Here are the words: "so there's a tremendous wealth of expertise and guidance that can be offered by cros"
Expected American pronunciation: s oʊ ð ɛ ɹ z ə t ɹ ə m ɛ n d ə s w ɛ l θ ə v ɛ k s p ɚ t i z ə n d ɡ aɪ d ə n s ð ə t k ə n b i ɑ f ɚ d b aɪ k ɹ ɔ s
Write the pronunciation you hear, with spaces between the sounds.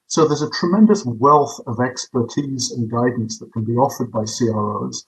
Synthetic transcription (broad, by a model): s oʊ ð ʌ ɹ z ə t ɹ ə m ɛ n d ə s w ɛ l θ ə v ɛ k s p ɚ t i z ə n ɡ aɪ d n s ð ə t k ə n b i ɑ f ɚ d b aɪ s ɹ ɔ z